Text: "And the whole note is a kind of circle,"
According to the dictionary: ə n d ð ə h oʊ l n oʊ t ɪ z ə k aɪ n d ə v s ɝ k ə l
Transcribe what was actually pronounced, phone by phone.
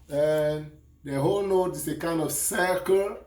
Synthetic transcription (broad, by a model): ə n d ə h oʊ l n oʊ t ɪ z ə k aɪ n d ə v s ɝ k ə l